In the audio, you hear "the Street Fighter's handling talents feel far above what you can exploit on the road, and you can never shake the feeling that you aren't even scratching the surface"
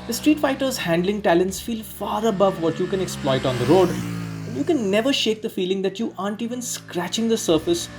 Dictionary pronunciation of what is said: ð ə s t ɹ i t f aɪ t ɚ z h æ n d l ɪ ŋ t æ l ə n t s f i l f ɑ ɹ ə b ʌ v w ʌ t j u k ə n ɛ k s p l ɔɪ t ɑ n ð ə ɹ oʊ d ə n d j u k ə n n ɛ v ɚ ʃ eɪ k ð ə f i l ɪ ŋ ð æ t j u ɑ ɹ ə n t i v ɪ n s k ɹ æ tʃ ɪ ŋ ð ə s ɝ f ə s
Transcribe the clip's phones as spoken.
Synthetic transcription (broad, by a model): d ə s t ɹ i t f aɪ t ɚ z h æ n d l ɪ ŋ t æ l ə n t s f i l f ɑ ɹ ə b ʌ v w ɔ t j u k ə n ɛ k s p l ɔɪ t ɑ n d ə ɹ oʊ d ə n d j u k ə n n ɛ v ɚ ʃ eɪ k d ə f i l ɪ ŋ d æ t j u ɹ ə n t i v ɪ n s k ɹ æ tʃ ɪ ŋ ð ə s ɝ f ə s